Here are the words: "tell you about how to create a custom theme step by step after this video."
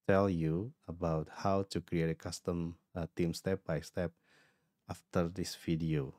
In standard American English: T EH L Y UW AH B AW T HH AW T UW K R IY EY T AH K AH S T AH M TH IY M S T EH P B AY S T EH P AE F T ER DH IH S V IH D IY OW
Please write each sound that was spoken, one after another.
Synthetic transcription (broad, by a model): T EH L Y UW AH B AW T HH AW T UW K R IY EY T AH K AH S T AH M T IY M S T EH P B AY S T EH P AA F T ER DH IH S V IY D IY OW